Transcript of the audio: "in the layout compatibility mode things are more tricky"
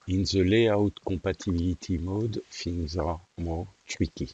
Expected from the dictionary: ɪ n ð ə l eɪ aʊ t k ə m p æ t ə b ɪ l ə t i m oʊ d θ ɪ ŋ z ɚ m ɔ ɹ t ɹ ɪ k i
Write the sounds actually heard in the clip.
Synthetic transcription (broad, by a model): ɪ n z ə l eɪ aʊ t k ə p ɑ t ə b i l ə t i m oʊ d f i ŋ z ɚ m ɔ ɹ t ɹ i k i